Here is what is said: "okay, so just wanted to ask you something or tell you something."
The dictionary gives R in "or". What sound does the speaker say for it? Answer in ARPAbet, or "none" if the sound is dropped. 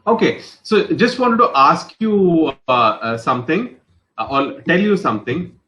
L